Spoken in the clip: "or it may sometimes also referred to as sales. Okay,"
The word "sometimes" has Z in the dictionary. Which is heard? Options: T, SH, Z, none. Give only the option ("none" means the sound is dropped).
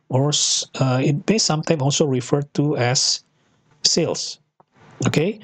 none